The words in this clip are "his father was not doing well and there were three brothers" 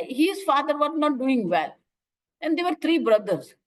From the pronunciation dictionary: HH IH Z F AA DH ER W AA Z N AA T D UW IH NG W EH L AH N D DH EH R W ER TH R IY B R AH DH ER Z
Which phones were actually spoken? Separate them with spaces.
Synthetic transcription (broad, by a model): HH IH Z F AA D ER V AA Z N AA T D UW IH NG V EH L AH N D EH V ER T R IY B R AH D ER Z